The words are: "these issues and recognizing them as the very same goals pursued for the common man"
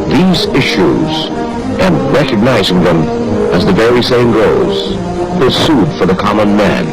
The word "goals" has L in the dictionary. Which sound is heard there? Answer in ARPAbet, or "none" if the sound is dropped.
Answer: none